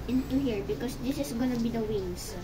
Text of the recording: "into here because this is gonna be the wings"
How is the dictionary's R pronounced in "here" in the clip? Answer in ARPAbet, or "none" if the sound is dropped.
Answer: R